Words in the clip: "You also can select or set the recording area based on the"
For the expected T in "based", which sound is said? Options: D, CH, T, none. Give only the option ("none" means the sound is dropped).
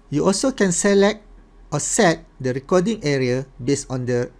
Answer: none